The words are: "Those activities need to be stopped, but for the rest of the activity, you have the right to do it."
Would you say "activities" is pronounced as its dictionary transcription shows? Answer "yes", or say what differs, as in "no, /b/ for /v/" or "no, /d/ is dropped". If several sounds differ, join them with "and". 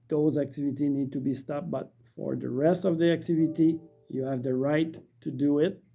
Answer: no, /z/ is dropped